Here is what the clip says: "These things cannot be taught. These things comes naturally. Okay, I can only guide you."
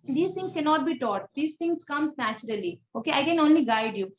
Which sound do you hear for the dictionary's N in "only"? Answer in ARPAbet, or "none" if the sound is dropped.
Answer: N